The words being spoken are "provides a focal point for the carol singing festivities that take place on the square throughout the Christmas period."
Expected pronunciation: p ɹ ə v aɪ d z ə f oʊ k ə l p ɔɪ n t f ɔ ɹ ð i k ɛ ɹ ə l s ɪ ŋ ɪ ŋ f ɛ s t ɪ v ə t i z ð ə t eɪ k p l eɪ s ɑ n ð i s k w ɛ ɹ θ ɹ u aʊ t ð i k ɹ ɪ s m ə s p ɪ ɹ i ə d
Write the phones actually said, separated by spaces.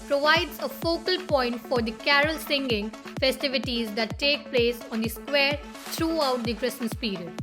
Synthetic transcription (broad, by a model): p ɹ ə v aɪ d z ə f oʊ k ə l p ɔɪ n t f ɔ ɹ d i k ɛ ɹ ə l s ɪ ŋ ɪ ŋ f ɛ s t ɪ v ə t i z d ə t eɪ k p l eɪ s ɑ n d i s k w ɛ ɹ t ɹ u aʊ t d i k ɹ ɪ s ə s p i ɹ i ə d